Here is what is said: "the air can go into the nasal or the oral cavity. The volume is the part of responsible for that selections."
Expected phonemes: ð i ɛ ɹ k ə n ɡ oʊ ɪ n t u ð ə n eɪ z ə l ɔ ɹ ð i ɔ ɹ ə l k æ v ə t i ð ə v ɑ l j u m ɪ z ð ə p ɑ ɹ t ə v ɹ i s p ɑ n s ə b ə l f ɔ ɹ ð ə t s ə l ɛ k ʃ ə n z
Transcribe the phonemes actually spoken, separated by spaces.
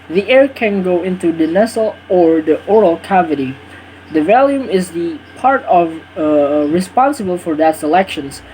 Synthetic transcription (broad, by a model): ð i ɛ ɹ k ə n ɡ oʊ ɪ n t u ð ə n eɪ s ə l ɔ ɹ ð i ɔ ɹ ə l k æ v ə t i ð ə v ɑ l j u m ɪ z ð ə p ɑ ɹ t ə v ɹ i s p ɑ n s ə b ə l f ɔ ɹ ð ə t s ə l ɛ k ʃ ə n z